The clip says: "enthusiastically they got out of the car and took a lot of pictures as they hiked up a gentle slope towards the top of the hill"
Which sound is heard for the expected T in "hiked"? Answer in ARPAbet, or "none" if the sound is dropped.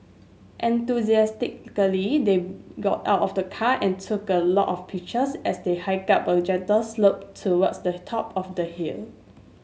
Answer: none